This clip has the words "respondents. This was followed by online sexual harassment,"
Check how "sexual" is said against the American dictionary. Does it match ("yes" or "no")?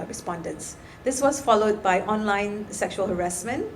yes